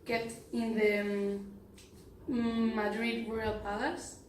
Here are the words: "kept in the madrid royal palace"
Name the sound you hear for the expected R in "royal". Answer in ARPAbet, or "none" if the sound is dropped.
W